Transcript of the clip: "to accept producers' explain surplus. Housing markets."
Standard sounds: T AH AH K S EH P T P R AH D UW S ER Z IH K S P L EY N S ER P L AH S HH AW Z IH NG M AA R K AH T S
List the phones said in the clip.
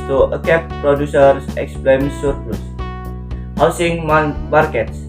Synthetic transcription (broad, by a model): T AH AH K EH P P R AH D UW S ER S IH K S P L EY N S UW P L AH S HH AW S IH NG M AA R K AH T S